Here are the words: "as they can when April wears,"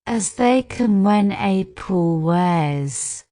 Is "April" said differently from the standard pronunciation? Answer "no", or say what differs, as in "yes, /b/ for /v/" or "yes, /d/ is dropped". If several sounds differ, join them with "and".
yes, /ɹ/ is dropped